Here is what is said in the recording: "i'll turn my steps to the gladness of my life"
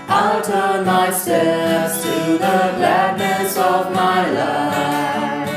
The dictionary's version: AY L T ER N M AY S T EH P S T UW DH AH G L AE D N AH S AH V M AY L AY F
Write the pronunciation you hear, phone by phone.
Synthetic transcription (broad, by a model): AY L T ER N M AY S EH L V T UW DH AH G L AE D N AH S AH V M AY L AY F